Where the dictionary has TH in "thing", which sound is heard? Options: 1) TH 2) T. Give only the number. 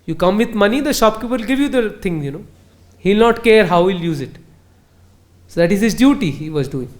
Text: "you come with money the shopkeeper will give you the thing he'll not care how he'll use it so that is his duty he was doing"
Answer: 2